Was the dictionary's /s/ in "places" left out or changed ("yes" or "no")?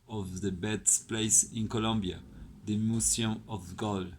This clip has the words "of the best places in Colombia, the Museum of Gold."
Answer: yes